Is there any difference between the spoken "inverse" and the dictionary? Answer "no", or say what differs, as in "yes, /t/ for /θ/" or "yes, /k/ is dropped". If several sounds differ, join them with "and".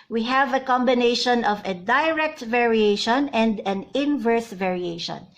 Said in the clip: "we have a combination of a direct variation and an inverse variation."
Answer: no